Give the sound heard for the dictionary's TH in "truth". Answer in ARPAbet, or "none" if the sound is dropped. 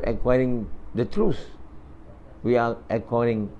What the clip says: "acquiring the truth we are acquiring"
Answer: S